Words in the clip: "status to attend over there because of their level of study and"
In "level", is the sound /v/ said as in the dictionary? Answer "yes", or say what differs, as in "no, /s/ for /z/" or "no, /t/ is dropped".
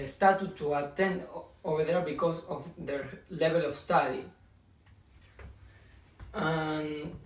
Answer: no, /b/ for /v/